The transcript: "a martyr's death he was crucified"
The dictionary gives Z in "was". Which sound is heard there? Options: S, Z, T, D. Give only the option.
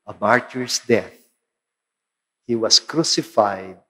S